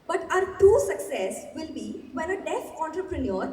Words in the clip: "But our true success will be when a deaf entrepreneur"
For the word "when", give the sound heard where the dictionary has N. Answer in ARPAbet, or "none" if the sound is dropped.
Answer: none